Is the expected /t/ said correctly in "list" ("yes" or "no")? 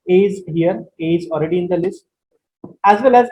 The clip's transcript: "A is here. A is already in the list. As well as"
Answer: yes